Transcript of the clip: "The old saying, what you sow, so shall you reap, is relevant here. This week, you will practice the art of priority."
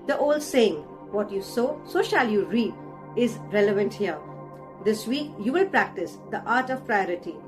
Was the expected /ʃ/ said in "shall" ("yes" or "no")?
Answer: yes